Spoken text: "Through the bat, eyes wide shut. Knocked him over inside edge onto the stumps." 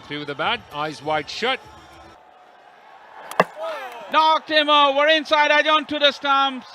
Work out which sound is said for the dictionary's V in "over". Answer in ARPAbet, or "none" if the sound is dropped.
none